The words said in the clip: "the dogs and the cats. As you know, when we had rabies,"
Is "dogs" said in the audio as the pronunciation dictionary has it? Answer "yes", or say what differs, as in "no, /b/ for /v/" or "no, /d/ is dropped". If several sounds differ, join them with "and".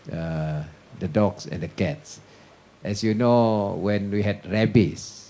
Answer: no, /s/ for /z/